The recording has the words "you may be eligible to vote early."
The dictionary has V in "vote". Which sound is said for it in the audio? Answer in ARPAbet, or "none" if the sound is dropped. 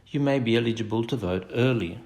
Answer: V